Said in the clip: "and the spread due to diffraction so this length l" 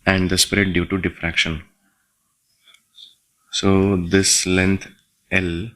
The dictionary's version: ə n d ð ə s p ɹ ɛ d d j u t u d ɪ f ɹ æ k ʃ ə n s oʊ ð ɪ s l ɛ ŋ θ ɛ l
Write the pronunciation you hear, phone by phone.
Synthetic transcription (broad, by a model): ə n d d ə s p ɹ ɛ d d j u t u d ɪ f ɹ æ k ʃ ə n s oʊ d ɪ s l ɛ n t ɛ l